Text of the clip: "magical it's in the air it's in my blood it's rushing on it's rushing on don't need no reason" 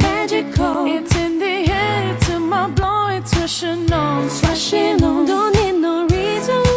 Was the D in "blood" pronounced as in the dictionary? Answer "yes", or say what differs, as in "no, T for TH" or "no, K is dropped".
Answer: no, D is dropped